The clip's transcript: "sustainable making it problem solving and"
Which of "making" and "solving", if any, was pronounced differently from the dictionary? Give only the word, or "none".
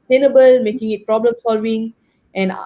solving